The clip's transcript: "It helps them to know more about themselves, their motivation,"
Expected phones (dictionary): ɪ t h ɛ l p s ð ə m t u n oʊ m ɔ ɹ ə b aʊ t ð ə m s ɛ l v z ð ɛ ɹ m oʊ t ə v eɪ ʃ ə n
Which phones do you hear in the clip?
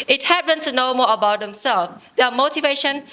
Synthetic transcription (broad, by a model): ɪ t h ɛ p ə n t u n oʊ m ɔ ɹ ə b aʊ t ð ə m s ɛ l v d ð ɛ m oʊ t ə v eɪ ʃ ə n